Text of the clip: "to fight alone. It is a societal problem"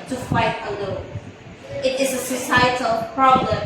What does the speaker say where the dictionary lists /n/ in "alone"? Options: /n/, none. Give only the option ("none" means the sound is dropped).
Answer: none